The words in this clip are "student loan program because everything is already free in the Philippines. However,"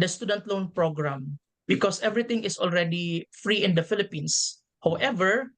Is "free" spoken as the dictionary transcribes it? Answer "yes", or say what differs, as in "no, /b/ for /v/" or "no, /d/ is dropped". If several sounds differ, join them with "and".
yes